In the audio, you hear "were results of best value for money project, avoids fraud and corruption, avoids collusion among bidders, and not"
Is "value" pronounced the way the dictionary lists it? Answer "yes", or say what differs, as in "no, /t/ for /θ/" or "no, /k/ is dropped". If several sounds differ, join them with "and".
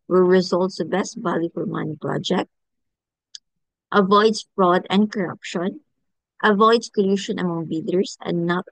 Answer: no, /b/ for /v/